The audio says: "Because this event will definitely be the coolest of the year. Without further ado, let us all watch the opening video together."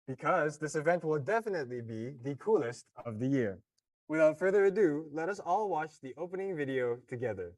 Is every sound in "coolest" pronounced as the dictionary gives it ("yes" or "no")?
yes